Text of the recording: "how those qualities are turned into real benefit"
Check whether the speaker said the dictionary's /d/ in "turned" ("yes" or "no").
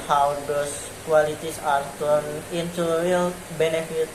no